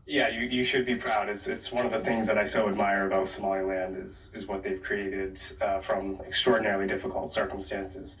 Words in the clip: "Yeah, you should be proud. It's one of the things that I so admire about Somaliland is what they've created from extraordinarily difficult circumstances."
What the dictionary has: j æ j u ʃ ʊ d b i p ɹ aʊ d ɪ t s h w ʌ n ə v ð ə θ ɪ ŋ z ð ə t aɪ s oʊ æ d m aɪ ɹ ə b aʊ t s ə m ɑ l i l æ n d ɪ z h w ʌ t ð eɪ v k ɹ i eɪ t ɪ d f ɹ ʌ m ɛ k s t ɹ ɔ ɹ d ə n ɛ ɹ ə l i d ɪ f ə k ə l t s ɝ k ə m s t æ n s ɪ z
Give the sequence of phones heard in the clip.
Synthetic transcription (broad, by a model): j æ j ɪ ʃ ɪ d b i p ɹ aʊ d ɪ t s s w ʌ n ə v ð ə θ ɪ ŋ z ð ə t aɪ s oʊ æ d m aɪ ɹ ə b aʊ t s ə m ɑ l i l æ n d ɪ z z w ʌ t ð eɪ v k ɹ i eɪ t ɪ d f ɹ ʌ m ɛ k s t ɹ ɔ ɹ d n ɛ ɹ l i d ɪ f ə k l t s ɝ k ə m s t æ n s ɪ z